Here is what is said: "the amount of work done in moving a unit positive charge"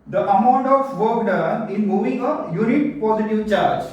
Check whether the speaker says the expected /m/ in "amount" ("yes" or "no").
yes